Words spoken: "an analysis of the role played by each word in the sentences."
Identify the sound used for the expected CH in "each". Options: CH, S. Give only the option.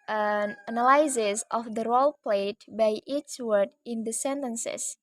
S